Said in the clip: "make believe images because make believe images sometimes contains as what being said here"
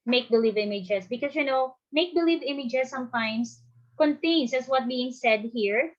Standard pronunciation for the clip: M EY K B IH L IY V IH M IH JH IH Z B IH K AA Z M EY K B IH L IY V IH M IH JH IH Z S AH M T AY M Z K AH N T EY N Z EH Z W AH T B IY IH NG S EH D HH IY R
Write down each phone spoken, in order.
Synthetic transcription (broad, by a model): M EY K B IH L IY V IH M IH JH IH S B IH K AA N M EY K B IH L IY V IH M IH JH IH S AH M T AY M S K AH N T EY N S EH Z W AH T B IY IH NG S EH D HH IY R